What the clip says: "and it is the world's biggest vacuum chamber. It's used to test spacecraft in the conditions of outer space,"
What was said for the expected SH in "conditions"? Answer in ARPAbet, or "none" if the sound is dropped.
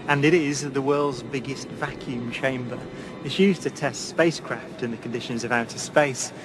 SH